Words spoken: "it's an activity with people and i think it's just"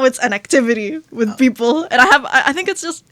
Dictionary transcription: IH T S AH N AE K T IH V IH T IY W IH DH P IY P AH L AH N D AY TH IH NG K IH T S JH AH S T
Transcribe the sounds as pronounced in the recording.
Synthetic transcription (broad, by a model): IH T S AH N AE K T IH V IH T IY W IH DH P IY P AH N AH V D AY TH IH NG K IH T S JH AH S T